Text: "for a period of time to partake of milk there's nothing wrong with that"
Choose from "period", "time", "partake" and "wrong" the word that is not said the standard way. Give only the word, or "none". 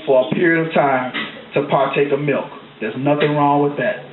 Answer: none